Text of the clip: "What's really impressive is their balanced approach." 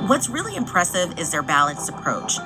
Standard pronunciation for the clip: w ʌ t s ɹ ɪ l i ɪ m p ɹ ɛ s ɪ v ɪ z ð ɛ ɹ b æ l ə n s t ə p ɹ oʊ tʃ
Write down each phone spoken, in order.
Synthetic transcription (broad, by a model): w ʌ t s ɹ ɪ l i ɪ m p ɹ ɛ s ɪ v ɪ z ð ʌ ɹ b æ l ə n s ə p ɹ oʊ tʃ